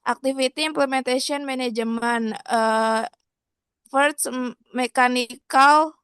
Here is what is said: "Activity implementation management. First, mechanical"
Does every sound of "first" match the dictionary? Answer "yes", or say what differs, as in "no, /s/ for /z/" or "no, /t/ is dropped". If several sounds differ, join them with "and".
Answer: no, /s/ is dropped